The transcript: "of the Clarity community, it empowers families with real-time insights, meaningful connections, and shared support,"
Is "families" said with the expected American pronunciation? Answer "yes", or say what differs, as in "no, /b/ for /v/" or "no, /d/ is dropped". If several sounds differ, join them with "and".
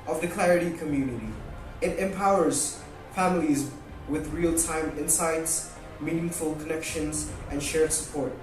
yes